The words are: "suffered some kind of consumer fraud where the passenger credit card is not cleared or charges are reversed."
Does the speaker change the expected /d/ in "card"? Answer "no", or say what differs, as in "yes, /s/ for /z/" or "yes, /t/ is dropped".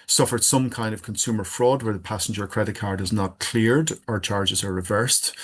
no